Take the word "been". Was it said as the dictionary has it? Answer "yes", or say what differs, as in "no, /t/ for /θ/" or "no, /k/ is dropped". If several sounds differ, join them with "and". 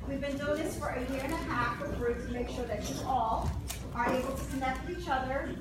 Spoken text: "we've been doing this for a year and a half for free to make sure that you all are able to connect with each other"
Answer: yes